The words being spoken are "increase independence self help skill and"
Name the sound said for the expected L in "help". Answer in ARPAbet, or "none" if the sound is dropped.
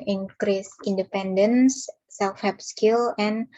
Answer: none